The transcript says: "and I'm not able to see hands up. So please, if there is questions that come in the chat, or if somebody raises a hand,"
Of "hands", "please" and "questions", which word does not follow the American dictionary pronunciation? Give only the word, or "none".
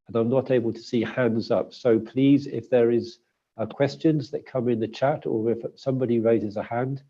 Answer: none